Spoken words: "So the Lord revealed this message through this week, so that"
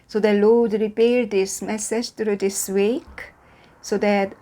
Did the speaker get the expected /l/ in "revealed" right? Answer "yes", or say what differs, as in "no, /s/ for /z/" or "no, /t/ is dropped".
no, /l/ is dropped